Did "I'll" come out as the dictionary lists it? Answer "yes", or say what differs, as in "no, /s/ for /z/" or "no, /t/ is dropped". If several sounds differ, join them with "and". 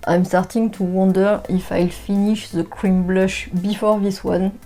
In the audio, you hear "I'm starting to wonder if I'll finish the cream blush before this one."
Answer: yes